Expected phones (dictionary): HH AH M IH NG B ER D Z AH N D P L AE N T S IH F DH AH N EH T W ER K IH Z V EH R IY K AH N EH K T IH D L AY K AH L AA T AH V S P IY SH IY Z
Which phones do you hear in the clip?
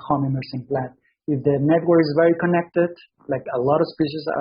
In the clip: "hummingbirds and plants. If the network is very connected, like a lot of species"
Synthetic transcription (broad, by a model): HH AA M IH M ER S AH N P L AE T IH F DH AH N EH T W ER K IH Z V EH R IY K AH N EH K T IH D L AY K AH L AA T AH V S P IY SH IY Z